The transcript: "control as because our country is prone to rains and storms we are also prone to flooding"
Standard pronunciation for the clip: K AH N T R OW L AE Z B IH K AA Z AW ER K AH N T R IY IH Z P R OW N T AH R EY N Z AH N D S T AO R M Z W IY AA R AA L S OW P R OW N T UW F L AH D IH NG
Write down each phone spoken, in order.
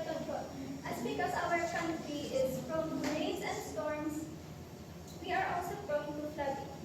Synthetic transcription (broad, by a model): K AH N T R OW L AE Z B IH K AA Z AW ER K AH N T R IY IH Z F R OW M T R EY Z AH N D S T AO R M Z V IY AA R AA L S OW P R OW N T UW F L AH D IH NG